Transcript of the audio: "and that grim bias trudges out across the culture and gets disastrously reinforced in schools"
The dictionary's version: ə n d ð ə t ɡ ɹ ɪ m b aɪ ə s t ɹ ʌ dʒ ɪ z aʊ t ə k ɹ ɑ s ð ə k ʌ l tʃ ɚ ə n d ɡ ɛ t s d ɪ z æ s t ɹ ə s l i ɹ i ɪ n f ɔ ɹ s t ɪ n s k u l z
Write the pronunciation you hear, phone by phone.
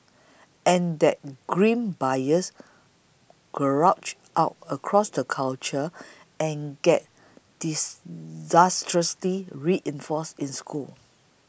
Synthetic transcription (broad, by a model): ə n d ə t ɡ ɹ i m b aɪ ə s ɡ ɹ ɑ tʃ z aʊ t ə k ɹ ɑ s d ə k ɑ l tʃ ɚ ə n ɡ ɛ t d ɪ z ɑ s t ɹ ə s l i ɹ i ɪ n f ɔ s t ɪ n s k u l